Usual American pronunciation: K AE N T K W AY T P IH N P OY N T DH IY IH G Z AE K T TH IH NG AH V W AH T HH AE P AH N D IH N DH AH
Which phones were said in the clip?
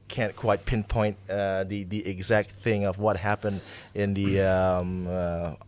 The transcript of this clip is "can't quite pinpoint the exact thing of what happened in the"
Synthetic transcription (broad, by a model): K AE N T K W AY T P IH N P OY N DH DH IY IH G Z AE K T TH IH NG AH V W AH T HH AE P AH N D IH N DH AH